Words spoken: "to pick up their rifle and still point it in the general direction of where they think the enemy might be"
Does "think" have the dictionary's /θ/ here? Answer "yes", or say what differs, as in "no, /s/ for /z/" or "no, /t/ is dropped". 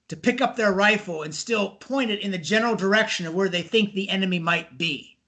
yes